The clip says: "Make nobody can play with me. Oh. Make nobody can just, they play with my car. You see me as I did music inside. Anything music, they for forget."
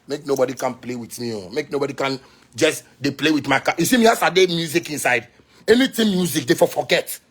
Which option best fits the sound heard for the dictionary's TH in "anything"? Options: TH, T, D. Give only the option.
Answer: T